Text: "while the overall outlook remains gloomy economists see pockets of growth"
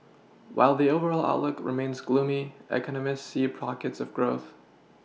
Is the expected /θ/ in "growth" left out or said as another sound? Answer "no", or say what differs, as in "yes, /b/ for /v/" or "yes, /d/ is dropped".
no